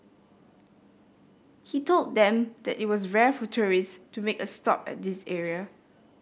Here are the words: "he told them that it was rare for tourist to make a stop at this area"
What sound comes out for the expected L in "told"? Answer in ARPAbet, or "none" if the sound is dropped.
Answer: L